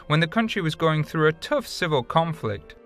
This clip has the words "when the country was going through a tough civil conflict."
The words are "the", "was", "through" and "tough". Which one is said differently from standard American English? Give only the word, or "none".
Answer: none